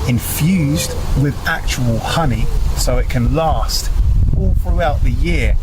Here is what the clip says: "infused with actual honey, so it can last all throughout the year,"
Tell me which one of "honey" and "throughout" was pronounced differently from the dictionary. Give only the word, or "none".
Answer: none